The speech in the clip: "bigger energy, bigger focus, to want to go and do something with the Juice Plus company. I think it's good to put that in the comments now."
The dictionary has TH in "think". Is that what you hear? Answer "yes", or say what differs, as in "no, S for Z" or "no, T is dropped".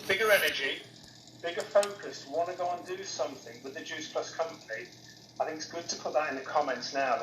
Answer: yes